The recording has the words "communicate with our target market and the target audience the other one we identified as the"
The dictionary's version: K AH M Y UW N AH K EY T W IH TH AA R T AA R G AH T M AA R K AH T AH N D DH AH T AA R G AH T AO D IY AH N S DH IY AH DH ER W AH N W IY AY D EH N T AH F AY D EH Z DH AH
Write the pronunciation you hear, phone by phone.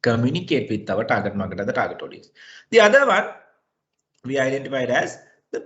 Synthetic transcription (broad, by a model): K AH M Y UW N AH K EY T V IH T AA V T AA R G AH T M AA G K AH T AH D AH T AA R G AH T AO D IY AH S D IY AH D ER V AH N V IY AY D EH N T AH F AY D EH Z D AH